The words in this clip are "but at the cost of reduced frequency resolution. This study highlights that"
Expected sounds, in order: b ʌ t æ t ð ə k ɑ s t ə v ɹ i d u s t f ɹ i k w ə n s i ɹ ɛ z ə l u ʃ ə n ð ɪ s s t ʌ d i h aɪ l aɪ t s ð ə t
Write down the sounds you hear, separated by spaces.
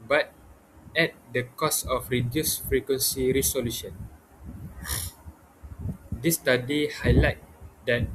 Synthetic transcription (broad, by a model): b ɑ t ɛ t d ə k ɑ s ə f ɹ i d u s f ɹ i k w ə n s i ɹ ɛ s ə l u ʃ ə n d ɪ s s t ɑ d i h aɪ l aɪ t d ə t